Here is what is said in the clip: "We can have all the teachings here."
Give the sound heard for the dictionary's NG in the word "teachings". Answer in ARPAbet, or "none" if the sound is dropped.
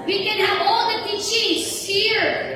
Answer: none